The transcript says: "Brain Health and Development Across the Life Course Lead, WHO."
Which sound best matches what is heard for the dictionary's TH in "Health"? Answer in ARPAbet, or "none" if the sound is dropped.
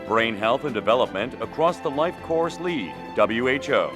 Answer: TH